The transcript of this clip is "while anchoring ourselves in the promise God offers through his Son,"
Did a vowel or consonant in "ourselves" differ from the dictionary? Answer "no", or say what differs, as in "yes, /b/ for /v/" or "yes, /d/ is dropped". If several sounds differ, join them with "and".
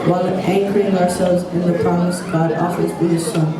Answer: no